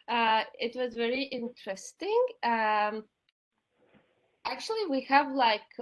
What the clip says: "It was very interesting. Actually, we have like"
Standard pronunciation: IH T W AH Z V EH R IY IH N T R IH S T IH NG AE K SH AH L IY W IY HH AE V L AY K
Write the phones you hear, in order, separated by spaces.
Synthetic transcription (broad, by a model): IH T W AH Z V EH R IY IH N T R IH S T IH NG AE K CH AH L IY W IY HH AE V L AY K